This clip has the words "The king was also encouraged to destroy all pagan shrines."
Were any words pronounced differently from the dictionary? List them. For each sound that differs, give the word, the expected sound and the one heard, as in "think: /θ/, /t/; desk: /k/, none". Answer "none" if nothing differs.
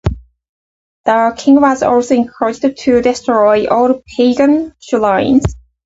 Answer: shrines: /ɹ/, /l/